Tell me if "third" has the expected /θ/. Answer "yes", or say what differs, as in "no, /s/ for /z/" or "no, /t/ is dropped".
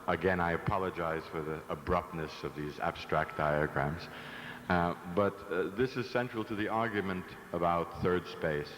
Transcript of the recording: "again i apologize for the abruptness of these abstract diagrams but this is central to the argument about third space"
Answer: yes